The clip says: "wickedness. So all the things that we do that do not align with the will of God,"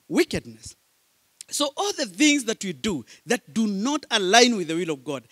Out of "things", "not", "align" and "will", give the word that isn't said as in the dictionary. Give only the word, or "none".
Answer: none